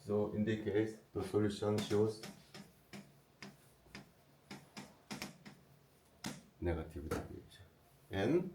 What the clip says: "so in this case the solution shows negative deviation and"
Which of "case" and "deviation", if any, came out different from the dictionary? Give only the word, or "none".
deviation